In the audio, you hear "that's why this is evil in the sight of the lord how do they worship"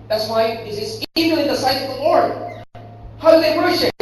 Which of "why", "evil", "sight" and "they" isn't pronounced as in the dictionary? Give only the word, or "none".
evil